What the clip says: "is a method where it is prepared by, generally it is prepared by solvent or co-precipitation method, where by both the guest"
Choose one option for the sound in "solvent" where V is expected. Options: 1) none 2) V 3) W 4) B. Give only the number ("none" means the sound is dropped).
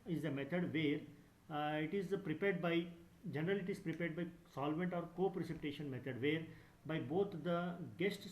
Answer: 2